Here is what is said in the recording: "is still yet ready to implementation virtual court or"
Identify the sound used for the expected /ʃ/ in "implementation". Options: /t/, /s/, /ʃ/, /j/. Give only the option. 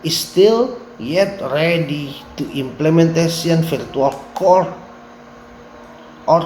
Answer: /s/